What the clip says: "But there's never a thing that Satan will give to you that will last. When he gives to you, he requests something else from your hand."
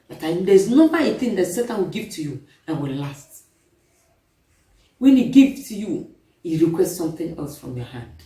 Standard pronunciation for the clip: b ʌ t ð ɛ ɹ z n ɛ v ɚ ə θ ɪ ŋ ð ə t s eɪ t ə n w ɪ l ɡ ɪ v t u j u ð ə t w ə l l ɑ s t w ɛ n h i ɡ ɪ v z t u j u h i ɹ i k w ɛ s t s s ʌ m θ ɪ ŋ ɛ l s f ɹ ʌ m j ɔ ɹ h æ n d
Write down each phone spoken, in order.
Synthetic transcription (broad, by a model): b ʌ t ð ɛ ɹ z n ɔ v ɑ ə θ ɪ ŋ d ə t s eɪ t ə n w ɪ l ɡ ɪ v t u j u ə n w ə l l ɑ s t w ɛ n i ɡ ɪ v t u j u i ɹ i k w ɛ s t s s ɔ m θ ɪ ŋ ɛ l s f ɹ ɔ m j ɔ h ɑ n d